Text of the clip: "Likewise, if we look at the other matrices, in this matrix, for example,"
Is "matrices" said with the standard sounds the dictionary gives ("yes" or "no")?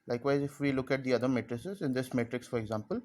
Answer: yes